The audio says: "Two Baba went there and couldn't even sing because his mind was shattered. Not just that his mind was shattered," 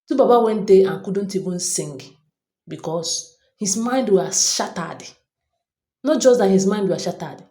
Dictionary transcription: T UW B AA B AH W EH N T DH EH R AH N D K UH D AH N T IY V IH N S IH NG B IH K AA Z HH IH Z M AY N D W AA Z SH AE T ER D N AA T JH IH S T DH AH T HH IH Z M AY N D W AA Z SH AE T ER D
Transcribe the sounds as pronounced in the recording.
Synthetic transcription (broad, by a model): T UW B AA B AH W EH N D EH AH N K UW D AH N T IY B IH N S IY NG B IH K AA S HH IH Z M AY N D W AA SH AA T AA D N AA T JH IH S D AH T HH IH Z M AY N D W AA SH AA T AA D